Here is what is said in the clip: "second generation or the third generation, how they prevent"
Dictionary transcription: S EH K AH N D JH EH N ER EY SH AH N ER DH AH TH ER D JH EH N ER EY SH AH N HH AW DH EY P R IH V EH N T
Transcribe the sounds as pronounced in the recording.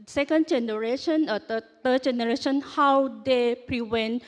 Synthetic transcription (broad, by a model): S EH K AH N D JH EH N ER EY SH AH N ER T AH T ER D JH EH N ER EY SH AH N HH AW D EY P R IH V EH N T